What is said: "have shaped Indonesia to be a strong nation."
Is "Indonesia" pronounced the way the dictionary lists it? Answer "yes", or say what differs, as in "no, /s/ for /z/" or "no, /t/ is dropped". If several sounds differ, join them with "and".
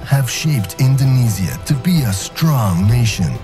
no, /z/ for /ʒ/